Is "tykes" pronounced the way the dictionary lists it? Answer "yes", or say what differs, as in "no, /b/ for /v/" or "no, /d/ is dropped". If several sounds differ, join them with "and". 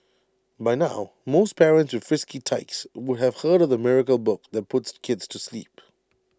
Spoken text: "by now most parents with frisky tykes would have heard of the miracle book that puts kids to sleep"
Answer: yes